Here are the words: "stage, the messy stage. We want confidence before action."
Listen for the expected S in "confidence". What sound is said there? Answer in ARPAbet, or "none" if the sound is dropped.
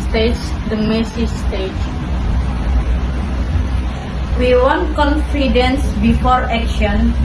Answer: S